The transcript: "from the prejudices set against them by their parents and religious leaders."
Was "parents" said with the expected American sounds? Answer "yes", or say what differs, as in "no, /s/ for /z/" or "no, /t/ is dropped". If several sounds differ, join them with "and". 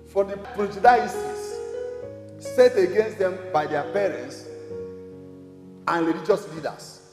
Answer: yes